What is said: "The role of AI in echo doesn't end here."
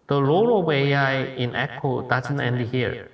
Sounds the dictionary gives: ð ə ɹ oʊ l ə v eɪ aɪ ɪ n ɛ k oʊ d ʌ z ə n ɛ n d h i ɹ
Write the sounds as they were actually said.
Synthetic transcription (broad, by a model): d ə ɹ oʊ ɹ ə w eɪ aɪ ɪ n ɛ k oʊ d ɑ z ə n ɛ n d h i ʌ